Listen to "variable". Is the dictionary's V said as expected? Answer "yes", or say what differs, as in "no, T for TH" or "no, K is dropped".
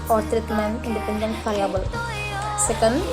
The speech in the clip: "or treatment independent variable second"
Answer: no, F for V